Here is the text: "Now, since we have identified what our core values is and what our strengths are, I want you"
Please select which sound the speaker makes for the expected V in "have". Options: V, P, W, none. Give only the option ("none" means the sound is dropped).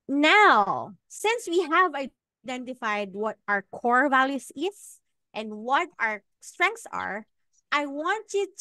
V